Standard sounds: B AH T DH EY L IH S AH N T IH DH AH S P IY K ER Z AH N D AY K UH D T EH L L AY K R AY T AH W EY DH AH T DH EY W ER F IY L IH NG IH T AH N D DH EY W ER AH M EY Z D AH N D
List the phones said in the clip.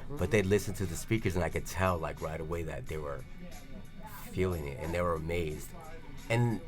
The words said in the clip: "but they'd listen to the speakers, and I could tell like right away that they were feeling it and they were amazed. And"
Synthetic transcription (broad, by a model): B AH T DH EY L IH S N T IH DH AH S P IY K ER Z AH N AY K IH D T EH L L AY K R AY T AH W EY DH AH T DH EY W ER F IY L IH NG IH T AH N DH EY W ER AH M EY Z D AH N